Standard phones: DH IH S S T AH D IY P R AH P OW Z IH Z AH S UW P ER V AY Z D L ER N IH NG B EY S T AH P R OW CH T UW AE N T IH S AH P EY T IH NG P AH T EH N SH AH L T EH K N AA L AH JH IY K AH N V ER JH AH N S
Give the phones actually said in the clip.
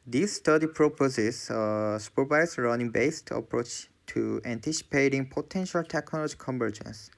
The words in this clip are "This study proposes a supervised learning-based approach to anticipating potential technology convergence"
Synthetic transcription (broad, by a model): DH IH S S T AH D IY P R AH P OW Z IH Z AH S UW P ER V AY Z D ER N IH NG B EY S T AH P R OW CH T UW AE N T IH S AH P EY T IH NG P AH T EH N SH AH L T EH K N AA L AH JH IY K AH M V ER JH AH N S